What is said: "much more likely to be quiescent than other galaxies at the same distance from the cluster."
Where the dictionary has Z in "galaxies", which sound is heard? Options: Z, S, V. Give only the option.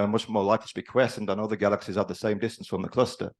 Z